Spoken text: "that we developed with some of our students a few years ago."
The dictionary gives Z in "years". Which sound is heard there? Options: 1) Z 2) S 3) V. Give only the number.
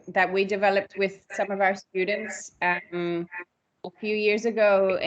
1